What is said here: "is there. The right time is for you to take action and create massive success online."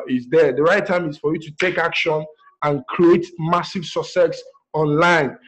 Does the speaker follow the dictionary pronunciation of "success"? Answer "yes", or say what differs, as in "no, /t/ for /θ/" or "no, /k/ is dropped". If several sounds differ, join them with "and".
no, /k/ is dropped